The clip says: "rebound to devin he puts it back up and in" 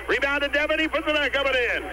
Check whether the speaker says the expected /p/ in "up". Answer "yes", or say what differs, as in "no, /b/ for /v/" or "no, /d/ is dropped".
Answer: no, /b/ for /p/